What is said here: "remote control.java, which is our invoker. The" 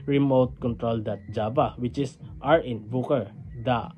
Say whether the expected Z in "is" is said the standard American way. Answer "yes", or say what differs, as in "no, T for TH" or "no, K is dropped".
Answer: no, S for Z